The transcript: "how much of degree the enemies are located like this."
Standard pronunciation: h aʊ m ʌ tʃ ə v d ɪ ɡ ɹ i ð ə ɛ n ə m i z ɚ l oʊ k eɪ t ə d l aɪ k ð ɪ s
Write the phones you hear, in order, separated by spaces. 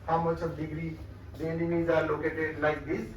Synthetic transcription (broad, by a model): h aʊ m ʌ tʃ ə b d ɪ ɡ ɹ i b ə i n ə i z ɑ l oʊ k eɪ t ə l aɪ k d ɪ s